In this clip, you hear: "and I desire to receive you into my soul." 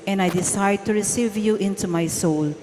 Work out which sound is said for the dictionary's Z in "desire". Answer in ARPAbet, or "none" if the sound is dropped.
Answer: S